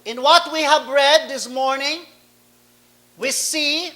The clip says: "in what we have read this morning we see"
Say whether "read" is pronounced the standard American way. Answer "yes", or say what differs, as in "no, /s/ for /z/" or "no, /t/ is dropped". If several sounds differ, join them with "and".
yes